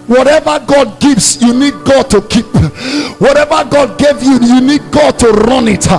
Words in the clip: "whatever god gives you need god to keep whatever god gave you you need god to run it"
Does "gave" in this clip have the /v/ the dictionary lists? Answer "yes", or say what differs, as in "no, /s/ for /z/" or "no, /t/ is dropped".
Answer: yes